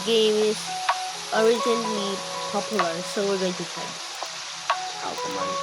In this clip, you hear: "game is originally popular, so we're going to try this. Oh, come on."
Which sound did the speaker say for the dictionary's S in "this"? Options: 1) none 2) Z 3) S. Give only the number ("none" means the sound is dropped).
1